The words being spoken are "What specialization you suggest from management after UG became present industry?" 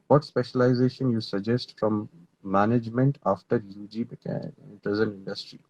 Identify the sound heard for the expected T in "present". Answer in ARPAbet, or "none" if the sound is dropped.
none